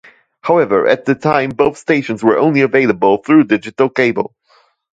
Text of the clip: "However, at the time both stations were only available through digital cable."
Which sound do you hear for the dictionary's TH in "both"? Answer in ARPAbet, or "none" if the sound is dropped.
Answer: TH